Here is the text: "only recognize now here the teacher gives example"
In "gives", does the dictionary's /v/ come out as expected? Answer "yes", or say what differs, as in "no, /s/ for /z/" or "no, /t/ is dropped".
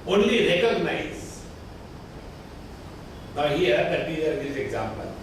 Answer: no, /v/ is dropped